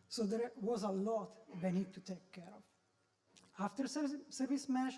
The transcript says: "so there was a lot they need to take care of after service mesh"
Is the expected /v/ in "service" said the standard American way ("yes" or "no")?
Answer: yes